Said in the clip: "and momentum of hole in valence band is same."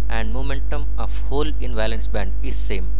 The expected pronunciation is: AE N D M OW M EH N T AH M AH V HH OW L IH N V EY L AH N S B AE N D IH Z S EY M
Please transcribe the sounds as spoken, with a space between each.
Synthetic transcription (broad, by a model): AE N D M OW M EH N T AH M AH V HH OW L IH N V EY L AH N S B AE N D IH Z S EY M